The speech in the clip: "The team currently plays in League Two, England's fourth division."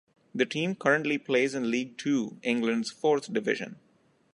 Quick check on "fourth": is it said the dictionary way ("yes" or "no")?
no